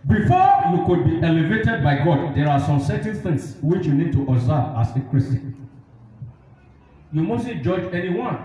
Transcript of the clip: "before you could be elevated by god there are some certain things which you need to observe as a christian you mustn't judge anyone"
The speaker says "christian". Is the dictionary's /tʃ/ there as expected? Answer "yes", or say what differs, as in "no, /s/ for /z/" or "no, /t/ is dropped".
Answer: no, /tʃ/ is dropped